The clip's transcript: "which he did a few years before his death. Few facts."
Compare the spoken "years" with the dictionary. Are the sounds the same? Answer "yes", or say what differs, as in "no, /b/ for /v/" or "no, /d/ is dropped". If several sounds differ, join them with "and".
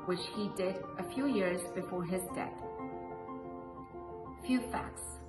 yes